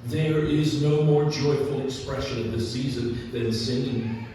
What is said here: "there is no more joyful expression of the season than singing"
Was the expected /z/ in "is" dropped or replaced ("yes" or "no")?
no